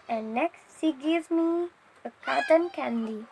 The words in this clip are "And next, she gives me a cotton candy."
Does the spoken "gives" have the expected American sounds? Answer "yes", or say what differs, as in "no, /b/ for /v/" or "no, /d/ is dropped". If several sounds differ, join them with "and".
no, /z/ is dropped